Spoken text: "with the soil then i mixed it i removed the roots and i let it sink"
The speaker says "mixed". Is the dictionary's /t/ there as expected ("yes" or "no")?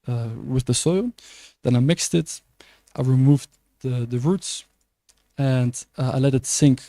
yes